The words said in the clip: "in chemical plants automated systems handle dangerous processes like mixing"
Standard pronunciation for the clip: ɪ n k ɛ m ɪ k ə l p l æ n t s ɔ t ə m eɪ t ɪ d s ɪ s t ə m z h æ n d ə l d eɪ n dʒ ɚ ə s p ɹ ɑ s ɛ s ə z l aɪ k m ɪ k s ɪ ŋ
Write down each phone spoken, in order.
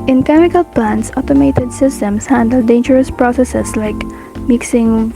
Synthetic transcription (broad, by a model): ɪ n k ɛ m ɪ k ə l p l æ n t s ɔ t ə m eɪ t ɪ d s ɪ s t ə m s h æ n d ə l d eɪ n dʒ ɚ ə s p ɹ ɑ s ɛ s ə s l aɪ k m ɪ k s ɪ ŋ